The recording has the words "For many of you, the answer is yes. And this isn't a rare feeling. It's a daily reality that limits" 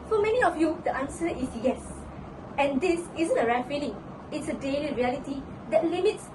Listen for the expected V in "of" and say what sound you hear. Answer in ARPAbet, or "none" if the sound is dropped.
F